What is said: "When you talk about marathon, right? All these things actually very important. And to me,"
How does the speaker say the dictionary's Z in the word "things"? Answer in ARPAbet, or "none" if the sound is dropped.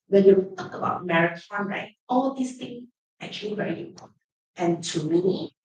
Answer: none